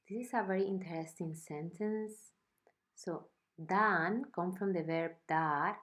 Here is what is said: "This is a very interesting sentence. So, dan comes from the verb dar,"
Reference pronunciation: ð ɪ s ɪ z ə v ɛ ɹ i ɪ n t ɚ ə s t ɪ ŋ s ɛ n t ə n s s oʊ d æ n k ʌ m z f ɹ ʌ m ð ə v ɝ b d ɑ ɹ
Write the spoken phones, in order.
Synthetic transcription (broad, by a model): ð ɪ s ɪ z ə v ɛ ɹ i ɪ n t ɚ ə s t ɪ ŋ s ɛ n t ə n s s oʊ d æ n k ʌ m f ɹ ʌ m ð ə v ɝ b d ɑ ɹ